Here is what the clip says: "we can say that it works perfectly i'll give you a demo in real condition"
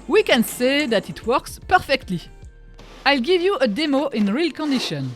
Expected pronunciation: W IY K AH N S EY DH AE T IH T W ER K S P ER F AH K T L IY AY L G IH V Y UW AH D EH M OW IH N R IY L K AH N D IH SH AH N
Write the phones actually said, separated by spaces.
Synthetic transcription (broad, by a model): W IY K AH N S EY DH AE T IH T W ER K S P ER F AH K T L IY AY L G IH V Y UW AH D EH M OW IH N R IY L K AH N D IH SH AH N